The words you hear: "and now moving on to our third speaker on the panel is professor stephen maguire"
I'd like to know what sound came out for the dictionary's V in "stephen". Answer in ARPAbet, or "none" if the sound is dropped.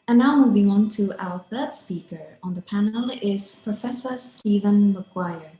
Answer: V